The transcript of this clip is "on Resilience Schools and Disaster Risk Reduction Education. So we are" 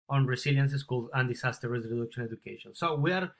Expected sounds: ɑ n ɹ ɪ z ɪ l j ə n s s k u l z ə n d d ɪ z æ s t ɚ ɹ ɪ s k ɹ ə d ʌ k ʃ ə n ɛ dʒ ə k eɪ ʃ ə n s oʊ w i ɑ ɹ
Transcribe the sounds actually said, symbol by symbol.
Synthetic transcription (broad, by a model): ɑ n ɹ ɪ s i l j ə n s s k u l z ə n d d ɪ s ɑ s t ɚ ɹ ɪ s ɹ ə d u k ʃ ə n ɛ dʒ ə k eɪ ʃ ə n s oʊ w i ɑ ɹ